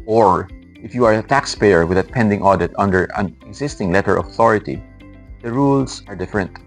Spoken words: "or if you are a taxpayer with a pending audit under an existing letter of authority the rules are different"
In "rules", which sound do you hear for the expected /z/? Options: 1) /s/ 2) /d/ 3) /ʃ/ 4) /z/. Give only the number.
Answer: 1